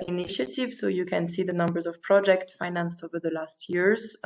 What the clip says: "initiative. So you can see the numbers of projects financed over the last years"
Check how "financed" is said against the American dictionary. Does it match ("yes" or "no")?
yes